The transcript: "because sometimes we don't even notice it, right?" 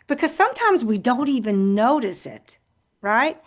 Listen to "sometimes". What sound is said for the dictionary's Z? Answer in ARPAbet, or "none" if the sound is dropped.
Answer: Z